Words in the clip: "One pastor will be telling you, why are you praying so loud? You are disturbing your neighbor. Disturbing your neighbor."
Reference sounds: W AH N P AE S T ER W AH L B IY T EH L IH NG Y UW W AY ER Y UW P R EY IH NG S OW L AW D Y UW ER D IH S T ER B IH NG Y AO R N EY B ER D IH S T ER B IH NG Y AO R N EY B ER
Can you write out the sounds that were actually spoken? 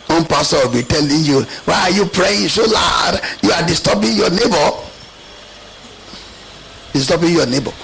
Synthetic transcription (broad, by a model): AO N P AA S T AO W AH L B IY T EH L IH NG Y UW W AY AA Y UW P R EY IH NG S OW L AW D Y UW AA D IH S T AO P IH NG Y AO N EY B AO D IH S T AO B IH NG Y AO N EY B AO